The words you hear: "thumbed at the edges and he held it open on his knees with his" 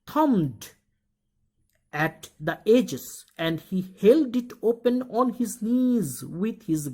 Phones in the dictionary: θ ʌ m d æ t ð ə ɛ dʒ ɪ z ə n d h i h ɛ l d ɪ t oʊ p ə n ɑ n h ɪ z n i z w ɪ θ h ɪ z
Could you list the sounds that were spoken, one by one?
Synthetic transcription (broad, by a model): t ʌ m d æ t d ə ɛ dʒ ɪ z ə n d h i h ɛ l d ɪ t oʊ p ə n ɑ n h ɪ z n i z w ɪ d h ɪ z